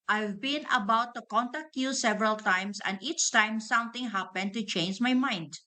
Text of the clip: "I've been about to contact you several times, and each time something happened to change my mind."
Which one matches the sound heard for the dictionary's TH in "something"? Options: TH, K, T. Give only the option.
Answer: T